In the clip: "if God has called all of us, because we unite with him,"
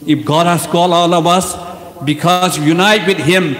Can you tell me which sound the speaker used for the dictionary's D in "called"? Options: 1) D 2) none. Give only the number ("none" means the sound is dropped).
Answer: 2